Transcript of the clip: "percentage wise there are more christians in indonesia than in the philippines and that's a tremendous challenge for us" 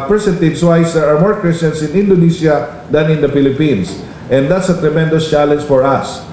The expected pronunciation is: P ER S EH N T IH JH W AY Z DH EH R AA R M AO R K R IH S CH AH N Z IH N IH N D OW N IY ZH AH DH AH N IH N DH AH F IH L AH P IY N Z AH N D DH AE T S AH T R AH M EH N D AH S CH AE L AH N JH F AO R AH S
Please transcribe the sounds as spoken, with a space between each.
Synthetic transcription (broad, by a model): P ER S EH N T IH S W AY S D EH R AA R M AO R K R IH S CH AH N S IH N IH N D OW N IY SH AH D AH N IH N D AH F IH L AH P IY N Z AH N D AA T S AH T R AH M EH N D AH S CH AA L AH N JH F AO R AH S